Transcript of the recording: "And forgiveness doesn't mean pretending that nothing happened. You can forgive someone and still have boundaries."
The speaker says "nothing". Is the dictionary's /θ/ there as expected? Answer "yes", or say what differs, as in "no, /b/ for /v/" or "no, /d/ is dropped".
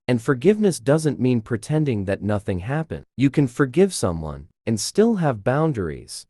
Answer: yes